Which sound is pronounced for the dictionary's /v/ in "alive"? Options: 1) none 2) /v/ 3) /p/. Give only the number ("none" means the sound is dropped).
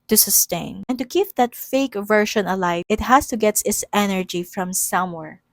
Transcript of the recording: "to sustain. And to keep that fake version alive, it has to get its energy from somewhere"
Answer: 1